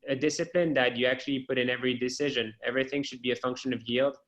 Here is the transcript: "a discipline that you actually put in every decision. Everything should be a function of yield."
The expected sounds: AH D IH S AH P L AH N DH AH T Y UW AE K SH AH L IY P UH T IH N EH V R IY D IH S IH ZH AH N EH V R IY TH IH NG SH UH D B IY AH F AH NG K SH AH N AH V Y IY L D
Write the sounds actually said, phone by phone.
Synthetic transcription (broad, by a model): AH D IH S AH P L AH N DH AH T Y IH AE K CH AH L IY P UH T IH N EH V R IY D IH S IH ZH AH N EH V R IY TH IH NG SH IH D B IY AH F AH NG K SH AH N AH V Y IY L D